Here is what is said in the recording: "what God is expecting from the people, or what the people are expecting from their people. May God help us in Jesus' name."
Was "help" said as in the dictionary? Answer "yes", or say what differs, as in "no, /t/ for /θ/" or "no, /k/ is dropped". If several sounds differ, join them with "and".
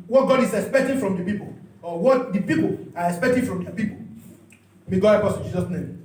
no, /l/ is dropped